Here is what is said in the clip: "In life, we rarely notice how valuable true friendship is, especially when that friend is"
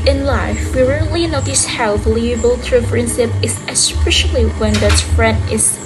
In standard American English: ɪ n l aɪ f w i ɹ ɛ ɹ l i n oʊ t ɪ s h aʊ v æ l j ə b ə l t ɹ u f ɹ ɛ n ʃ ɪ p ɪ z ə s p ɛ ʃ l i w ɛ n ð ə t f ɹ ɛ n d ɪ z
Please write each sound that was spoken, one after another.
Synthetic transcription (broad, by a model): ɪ n l aɪ f w i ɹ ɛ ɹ l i n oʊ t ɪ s h aʊ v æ l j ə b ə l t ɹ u p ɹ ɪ n s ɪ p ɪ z ə s p ɛ ʃ l i w ɛ n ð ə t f ɹ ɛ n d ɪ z